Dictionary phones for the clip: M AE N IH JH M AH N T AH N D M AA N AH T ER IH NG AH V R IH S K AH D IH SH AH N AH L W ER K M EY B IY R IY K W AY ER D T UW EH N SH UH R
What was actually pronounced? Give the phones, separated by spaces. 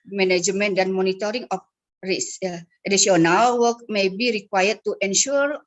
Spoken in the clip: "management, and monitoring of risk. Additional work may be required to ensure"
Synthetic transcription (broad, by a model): M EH N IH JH M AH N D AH N M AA N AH T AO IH NG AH F R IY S AH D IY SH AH N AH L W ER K M EY B IY R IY K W AY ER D T UW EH N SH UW R